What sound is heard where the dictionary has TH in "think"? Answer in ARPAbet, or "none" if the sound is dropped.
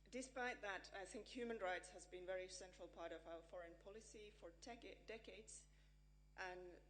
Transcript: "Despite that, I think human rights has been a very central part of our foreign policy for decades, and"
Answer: TH